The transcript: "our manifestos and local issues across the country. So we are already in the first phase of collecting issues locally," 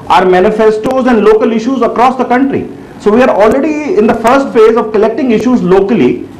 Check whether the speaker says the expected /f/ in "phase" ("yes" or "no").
yes